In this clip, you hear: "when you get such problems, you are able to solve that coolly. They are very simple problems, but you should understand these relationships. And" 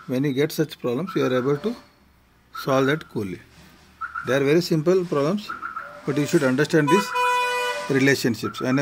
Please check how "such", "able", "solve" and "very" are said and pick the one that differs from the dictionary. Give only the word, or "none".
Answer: none